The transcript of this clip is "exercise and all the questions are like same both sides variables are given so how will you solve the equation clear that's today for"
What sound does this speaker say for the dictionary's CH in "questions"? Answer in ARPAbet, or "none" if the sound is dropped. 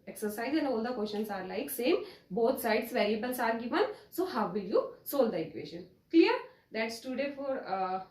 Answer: SH